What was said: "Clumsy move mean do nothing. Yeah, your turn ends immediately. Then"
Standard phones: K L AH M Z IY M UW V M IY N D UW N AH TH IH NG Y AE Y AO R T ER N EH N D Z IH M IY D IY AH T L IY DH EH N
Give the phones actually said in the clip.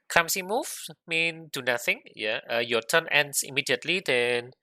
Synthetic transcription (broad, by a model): K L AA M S IY M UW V M IY N D UW N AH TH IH NG Y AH Y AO T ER N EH N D S IH M IY D IY AH T L IY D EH N